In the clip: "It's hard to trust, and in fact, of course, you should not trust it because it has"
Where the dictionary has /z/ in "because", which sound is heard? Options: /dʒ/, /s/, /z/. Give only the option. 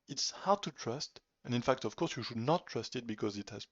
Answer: /z/